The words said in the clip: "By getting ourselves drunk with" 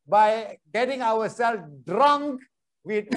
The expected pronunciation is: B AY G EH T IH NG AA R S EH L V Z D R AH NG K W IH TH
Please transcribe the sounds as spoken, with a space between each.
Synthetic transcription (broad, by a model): B AY G EH T IH NG AA W S EH L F D R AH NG K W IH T